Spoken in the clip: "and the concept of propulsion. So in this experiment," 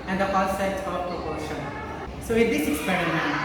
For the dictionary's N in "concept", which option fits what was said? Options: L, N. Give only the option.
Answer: L